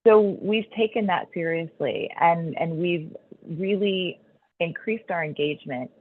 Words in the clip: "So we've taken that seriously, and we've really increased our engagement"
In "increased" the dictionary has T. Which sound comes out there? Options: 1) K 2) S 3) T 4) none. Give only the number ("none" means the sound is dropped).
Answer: 3